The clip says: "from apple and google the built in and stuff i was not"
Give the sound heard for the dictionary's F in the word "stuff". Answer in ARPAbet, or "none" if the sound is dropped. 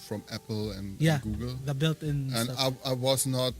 none